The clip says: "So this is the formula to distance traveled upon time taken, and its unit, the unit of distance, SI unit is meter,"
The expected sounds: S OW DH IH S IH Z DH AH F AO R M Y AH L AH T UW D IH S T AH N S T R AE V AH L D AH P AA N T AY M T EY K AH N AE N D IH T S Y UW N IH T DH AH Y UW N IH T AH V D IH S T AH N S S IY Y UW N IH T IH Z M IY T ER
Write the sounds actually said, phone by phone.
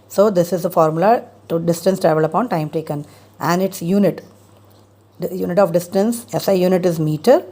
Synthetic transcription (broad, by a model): S OW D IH S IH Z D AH F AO R M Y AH L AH T UW D IH S T AH N S T R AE V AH L AH P AA N T AY M T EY K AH N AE N D IH T S Y UW N IH T Y UW N IH T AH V D IH S T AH N S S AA Y UW N IH T IH Z M IY T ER